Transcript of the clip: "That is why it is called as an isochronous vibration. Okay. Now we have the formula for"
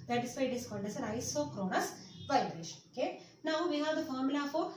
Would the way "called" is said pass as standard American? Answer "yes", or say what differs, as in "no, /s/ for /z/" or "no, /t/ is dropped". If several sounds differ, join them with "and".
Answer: no, /n/ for /l/